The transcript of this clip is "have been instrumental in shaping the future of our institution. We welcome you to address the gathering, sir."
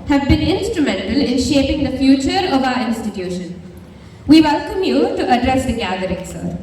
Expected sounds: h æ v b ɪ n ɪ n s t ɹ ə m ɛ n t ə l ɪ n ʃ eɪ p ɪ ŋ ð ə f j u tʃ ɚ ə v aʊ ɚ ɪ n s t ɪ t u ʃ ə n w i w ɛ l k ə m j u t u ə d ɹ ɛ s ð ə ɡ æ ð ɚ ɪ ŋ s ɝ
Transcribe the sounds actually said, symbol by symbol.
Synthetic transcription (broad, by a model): h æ v b ɪ n ɪ n s t ɹ ə m ɛ n t ə l ɪ n ʃ eɪ p ɪ ŋ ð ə f j u tʃ ɚ ə v aʊ ɚ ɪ n s t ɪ t u ʃ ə n w i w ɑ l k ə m j u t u ə d ɹ ɛ s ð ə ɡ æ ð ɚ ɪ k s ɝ